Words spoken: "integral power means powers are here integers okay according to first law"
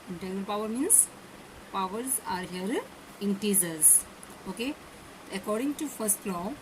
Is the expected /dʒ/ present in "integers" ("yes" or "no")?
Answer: no